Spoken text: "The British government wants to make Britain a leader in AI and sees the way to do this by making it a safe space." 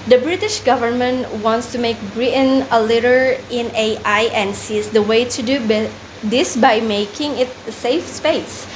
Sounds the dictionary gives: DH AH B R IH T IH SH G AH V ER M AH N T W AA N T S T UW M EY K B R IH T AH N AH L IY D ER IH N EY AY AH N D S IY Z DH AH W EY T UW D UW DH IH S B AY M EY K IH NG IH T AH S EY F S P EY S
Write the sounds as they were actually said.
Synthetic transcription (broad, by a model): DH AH B R IH T IH SH G AH V ER M AH N T W AA N T S T UW M EY K B R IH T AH N AH L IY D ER IH N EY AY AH N S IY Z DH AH W EY T UW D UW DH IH S B AY M EY K IH NG IH T S EY F S P EY S